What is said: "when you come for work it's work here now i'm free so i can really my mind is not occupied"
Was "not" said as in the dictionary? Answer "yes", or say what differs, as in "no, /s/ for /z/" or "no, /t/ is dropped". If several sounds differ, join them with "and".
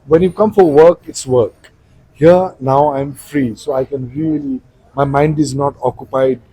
yes